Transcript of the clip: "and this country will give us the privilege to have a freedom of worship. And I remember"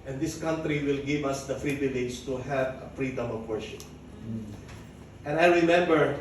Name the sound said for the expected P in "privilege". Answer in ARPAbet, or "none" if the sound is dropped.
F